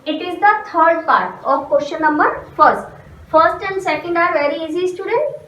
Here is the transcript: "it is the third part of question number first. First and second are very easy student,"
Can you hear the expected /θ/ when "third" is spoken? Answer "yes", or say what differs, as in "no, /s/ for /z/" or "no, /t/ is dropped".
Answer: no, /t/ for /θ/